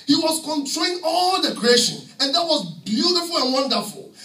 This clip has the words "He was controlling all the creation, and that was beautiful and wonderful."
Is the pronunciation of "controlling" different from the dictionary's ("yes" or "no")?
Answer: yes